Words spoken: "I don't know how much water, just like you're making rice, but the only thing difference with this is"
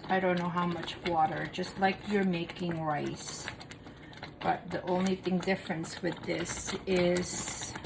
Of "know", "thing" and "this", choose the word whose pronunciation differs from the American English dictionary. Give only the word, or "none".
none